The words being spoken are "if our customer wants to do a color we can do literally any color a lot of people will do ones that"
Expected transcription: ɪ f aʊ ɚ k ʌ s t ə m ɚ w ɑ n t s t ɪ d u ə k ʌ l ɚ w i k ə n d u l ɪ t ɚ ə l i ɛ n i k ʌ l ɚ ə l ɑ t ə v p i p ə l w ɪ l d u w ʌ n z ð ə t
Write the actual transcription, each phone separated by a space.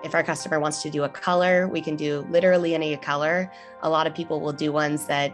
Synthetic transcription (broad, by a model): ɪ f aʊ ɚ k ʌ s t ə m ɚ w ɑ n t s t ɪ d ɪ ə k ʌ l ɚ w i k ə n d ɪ l ɪ t ɚ l i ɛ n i k ʌ l ɚ ə l ɑ t ə v p i p l w ɪ l d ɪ w ʌ n z ð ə t